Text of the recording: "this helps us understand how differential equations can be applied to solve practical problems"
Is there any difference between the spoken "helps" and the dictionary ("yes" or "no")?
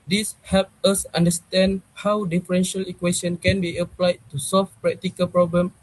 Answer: yes